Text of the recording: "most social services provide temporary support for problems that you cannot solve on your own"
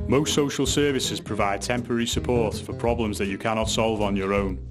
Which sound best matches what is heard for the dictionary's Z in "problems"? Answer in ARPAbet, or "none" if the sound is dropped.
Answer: Z